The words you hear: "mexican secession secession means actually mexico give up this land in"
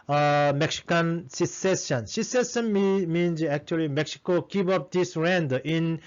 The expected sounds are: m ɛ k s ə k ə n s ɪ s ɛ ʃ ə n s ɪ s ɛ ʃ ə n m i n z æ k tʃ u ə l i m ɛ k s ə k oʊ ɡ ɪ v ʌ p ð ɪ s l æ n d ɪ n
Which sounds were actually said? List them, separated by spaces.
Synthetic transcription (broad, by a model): m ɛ k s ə k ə n s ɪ s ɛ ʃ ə n s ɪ s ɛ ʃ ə n m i n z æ k tʃ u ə l i m ɛ k s ə k oʊ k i p ʌ p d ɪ s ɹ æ n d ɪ n